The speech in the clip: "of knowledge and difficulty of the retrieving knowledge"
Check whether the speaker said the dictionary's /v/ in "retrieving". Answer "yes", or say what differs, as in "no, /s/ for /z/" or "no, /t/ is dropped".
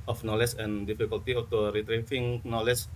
no, /f/ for /v/